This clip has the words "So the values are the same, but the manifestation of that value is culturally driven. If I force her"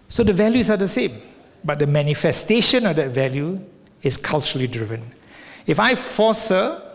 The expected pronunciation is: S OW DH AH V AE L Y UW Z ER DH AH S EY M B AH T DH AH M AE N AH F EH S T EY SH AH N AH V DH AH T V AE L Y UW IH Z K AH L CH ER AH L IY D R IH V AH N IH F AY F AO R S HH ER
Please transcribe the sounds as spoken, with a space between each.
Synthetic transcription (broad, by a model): S OW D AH V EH L Y UW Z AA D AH S EY M B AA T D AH M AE N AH F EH S T EY SH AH N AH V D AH T V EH L Y UW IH S K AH L CH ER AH L IY D R IH V AH N IH F AY F AO S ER